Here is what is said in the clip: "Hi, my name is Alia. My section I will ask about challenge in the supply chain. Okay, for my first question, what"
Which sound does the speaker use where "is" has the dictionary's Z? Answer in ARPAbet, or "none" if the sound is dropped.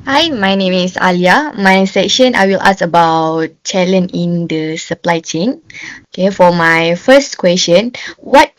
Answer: S